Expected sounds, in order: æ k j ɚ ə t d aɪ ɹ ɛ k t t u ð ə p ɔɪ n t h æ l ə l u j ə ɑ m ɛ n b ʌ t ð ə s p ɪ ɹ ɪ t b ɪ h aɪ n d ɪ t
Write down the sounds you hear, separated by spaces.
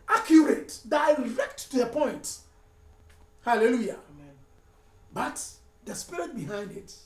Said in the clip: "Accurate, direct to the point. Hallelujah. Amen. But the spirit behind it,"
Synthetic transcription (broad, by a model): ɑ k j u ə t d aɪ ɹ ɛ k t t u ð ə p ɔɪ n t h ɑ l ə l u j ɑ b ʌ t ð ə s p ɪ ɹ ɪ t b ɪ h aɪ n d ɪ t